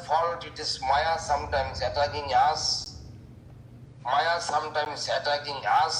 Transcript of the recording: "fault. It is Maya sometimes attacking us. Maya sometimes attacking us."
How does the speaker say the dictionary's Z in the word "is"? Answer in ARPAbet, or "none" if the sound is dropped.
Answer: S